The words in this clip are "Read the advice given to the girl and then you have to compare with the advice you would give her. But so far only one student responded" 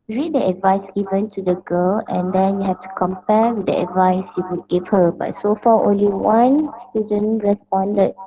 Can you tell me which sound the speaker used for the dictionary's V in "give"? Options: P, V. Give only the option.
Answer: P